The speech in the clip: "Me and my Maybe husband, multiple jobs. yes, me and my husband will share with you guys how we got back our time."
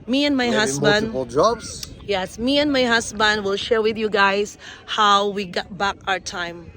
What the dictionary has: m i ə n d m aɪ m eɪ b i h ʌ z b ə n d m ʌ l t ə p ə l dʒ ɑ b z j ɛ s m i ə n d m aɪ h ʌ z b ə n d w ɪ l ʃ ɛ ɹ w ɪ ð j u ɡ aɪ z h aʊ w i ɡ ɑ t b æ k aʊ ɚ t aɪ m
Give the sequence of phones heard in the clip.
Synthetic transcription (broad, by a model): m i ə n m m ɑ i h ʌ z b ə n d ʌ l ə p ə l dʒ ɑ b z j ɛ s m i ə n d m aɪ h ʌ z b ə n d w ɪ l ʃ ɛ ɹ w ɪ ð j u ɡ aɪ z h aʊ w i ɡ ɑ t b æ k aʊ ɚ t aɪ m